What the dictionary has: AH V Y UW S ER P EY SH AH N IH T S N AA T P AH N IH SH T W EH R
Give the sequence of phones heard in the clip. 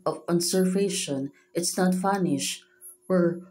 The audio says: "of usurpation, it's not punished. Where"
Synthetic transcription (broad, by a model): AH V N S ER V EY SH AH N IH T S N AA T F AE N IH SH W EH R